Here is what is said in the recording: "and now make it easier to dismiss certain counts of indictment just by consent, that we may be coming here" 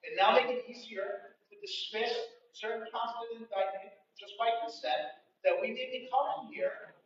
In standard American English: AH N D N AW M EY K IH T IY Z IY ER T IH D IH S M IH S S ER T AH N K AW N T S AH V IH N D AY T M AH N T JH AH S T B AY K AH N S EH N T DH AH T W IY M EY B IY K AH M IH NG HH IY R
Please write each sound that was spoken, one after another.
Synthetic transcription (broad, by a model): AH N N AW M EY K IH T IY Z IY ER T IH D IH S M IH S S ER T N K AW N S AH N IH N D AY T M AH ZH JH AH S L AY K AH S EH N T DH AH T W IY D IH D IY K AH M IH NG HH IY R